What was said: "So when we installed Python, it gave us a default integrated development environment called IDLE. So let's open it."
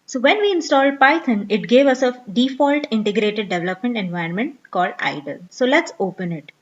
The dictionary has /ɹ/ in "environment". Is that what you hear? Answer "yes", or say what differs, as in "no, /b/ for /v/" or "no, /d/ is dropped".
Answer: no, /ɹ/ is dropped